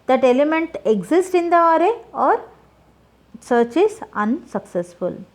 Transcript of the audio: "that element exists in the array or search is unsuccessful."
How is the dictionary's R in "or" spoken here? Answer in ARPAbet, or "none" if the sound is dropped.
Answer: R